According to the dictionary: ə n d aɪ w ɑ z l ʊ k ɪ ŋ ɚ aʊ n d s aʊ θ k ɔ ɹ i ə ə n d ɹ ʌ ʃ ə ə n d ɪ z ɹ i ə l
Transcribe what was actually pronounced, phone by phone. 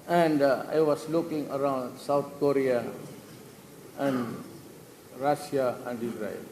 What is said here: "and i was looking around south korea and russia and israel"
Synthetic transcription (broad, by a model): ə n d aɪ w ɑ s l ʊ k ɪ ŋ ɚ aʊ n d s aʊ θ k ɔ ɹ i ə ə n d ɹ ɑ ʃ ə ə n d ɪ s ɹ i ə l